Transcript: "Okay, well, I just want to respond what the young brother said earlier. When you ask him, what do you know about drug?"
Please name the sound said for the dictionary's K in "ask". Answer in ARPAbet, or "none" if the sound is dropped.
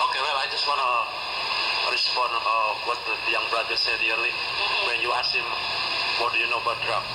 none